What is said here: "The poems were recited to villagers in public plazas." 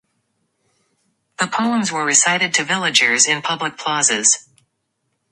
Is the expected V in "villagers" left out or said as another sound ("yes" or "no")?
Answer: no